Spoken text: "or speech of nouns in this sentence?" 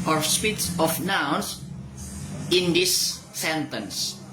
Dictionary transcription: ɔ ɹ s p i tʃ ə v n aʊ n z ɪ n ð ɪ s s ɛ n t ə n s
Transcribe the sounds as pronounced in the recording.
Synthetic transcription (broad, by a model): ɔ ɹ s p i s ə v n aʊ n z ɪ n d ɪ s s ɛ n t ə n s